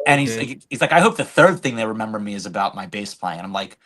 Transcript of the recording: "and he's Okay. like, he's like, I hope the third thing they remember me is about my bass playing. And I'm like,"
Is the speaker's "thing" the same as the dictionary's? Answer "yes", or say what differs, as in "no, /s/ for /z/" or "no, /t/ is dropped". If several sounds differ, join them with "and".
yes